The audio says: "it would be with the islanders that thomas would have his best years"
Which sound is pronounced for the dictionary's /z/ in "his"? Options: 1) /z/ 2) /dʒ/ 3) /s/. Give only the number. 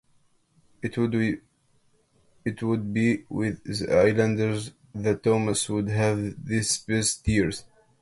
3